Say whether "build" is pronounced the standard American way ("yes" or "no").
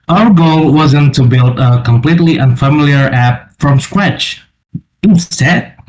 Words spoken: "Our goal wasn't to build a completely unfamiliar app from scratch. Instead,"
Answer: yes